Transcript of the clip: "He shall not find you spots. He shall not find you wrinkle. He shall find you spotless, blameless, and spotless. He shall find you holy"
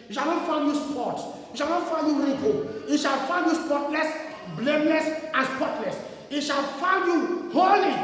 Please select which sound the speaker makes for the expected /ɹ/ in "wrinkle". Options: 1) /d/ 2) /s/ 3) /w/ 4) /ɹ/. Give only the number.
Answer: 3